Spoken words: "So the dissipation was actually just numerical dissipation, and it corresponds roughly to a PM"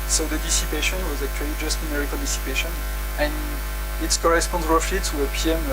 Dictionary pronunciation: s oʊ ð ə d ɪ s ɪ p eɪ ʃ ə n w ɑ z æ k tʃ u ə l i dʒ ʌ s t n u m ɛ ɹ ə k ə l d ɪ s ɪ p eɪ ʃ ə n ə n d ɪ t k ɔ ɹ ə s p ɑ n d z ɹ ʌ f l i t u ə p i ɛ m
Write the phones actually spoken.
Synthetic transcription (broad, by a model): s oʊ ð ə d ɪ s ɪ p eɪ ʃ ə n w ɑ z æ k tʃ u ə l i dʒ ʌ s t n u m ɛ ɹ ə k ə l d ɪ s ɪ p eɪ ʃ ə n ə n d ɪ t k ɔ ɹ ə s p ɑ n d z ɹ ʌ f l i t u ə p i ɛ m